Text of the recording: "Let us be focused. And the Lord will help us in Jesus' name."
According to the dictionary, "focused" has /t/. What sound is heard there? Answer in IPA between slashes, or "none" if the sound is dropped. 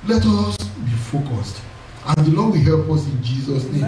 /t/